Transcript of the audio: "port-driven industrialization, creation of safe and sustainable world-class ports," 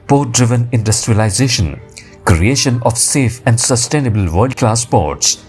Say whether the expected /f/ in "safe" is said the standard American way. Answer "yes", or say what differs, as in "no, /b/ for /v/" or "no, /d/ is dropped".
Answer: yes